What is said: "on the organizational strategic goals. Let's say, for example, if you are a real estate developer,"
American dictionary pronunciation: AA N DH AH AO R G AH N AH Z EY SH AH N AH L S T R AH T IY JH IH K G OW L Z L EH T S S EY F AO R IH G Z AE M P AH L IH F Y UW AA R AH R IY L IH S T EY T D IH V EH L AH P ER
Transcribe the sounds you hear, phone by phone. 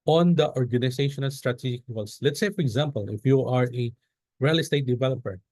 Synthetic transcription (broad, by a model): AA N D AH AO R G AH N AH S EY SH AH N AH L S T R AH T IY JH IH K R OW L S L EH T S S EY F AO R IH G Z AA M P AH L IH F Y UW AA R AH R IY L IH S T EY T D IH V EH L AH P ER